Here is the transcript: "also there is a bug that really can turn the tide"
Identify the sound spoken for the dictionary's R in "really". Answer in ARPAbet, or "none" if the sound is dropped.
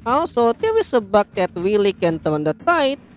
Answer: W